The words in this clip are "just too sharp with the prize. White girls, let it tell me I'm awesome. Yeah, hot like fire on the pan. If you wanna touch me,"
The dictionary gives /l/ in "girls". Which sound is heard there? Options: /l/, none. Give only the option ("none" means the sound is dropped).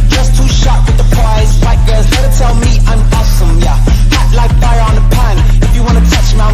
none